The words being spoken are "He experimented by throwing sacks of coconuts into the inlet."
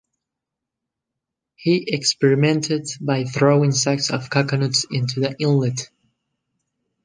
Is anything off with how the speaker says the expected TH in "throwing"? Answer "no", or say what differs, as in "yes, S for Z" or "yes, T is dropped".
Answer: no